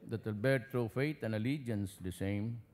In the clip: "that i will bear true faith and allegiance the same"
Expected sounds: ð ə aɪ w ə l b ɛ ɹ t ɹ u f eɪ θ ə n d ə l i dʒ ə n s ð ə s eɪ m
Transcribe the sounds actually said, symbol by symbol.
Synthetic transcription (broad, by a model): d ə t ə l b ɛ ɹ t ɹ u f eɪ t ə n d ə l i dʒ ə n s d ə s eɪ m